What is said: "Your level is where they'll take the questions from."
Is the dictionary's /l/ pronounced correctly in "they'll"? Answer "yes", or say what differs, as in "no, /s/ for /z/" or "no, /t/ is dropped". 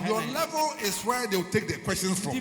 no, /w/ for /l/